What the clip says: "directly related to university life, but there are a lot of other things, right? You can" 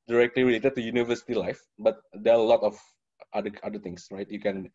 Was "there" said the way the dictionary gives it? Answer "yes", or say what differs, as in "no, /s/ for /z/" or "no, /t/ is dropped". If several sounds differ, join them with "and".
no, /l/ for /ɹ/